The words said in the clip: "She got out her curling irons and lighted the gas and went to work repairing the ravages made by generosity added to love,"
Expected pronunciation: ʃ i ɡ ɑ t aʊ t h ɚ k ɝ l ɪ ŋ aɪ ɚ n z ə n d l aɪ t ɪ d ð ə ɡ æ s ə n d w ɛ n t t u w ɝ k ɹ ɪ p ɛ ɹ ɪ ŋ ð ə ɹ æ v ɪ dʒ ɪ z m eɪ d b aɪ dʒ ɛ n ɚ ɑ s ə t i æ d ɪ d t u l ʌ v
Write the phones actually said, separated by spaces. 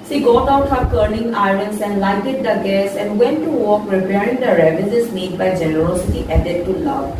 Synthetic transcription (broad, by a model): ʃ i ɡ ɑ t aʊ t h ɚ k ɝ n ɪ ŋ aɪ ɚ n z ə n d l aɪ t ɪ d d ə ɡ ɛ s ə n d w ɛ n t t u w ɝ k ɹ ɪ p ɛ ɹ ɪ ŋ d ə ɹ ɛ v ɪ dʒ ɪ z m eɪ d b aɪ dʒ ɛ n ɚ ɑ s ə t i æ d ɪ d t u l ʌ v